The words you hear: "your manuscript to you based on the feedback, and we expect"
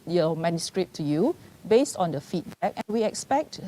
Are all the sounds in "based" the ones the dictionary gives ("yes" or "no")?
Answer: yes